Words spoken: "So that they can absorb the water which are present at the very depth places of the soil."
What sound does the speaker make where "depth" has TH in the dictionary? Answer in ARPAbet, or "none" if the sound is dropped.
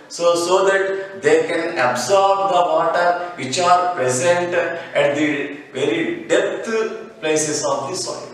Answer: T